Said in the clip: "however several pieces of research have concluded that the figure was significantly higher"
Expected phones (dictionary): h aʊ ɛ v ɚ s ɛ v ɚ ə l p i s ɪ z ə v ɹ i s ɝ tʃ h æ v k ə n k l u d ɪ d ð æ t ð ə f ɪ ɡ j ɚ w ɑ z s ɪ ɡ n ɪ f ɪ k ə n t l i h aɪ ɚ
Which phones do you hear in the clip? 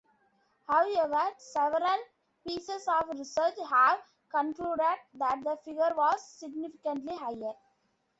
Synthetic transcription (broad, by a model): h aʊ ɛ v ɚ s ɛ v ɚ ə l p i s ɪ s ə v ɹ i s ɝ tʃ h æ v k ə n k l u d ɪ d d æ t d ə f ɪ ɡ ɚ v ɑ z s ɪ ɡ n ɪ f ɪ k ə n t l i h aɪ ɚ